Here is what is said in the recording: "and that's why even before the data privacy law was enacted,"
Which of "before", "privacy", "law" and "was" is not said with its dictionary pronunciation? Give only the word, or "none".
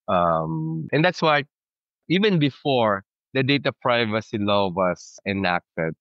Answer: was